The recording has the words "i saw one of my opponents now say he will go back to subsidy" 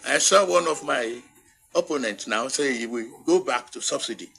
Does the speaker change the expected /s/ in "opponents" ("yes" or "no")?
yes